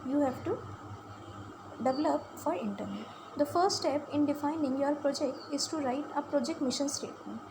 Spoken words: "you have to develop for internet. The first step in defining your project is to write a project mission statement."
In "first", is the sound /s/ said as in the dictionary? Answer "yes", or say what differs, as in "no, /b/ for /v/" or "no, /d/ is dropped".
no, /s/ is dropped